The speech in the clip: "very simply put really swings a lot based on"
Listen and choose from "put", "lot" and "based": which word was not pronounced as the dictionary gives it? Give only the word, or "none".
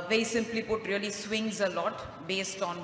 none